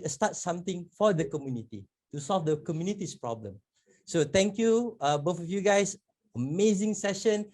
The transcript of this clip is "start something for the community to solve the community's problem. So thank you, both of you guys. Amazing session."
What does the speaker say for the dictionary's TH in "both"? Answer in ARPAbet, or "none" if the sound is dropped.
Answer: F